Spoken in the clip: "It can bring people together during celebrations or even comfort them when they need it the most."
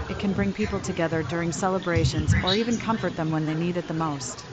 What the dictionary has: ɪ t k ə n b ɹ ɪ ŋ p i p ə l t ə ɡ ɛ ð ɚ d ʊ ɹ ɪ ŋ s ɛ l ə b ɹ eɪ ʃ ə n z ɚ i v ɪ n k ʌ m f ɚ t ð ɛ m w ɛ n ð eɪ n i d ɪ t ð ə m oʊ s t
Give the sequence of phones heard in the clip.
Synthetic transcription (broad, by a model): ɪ t k ə n b ɹ ɪ ŋ p i p l t ə ɡ ɛ ð ɚ d ʊ ɹ ɪ ŋ s ɛ l ə b ɹ eɪ ʃ ə n z ɚ i v ɪ n k ʌ m f ɚ t ð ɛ m w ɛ n ð eɪ n i d ɪ t ð ə m oʊ s t